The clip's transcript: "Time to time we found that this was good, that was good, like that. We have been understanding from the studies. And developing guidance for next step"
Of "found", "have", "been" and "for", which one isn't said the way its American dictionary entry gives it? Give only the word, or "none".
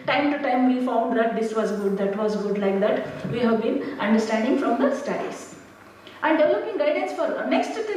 none